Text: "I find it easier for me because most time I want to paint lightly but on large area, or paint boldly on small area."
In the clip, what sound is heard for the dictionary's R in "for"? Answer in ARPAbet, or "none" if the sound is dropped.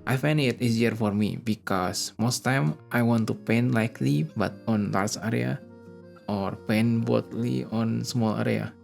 R